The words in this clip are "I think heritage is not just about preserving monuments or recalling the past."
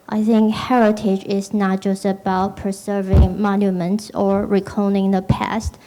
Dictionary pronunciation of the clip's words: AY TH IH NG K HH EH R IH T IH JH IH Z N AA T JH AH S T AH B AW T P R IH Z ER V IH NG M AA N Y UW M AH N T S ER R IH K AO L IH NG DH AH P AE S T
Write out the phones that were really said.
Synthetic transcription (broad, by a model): AY TH IH NG K HH EH R IH T IH JH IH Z N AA T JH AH S T AH B AW T P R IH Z ER V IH NG M AA N Y UW M AH N T S ER R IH K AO N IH NG DH AH P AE S T